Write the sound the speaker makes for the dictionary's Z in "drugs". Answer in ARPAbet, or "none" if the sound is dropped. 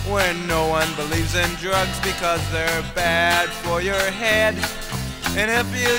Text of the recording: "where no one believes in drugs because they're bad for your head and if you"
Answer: Z